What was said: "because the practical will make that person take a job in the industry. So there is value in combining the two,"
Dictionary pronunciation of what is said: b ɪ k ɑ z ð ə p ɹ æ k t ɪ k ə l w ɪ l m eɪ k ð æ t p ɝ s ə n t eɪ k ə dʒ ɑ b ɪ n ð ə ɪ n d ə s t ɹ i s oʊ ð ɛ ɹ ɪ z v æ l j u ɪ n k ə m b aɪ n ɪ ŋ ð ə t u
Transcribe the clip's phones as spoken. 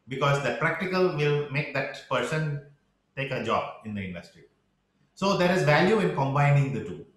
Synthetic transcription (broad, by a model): b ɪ k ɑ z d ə p ɹ æ k t ɪ k ə l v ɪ l m eɪ k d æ t p ɝ s ə n t eɪ k ə dʒ ɑ b ɪ n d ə ɪ n d ə s t ɹ i s oʊ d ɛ ɹ ɪ z v æ l j u ɪ n k ə m b aɪ n ɪ ŋ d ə t u